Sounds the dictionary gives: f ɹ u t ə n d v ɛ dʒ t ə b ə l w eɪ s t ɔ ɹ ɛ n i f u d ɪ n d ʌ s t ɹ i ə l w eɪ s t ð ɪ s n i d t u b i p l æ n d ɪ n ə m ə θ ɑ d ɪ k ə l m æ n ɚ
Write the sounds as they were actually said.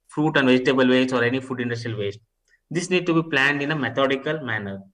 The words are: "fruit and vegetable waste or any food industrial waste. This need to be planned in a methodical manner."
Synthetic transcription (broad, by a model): f ɹ u t ə n d v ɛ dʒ t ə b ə l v eɪ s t ɔ ɹ ɛ n i f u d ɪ n d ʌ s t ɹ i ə l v eɪ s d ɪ s n i d t u b i p l æ n d ɪ n ə m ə t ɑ d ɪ k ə l m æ n ɚ